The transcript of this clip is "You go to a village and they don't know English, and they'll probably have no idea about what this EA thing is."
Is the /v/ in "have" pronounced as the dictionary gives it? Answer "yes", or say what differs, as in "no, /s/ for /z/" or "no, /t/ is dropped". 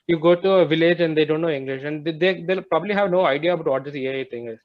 yes